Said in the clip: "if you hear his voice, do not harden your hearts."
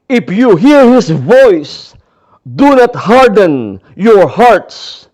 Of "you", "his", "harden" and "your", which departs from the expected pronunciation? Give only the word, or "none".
his